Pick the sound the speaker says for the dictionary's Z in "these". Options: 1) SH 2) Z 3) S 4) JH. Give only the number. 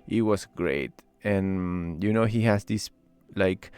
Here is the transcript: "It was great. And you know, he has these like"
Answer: 3